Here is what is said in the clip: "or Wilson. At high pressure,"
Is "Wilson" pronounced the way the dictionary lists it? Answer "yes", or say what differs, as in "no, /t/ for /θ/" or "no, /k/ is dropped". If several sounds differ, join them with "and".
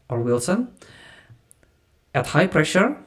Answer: yes